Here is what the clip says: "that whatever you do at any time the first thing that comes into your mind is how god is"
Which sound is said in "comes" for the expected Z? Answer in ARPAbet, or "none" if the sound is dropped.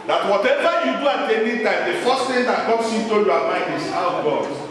S